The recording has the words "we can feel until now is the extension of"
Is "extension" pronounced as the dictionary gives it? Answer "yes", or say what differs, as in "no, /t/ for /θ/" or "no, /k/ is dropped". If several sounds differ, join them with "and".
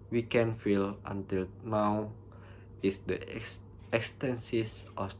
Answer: no, /s/ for /ʃ/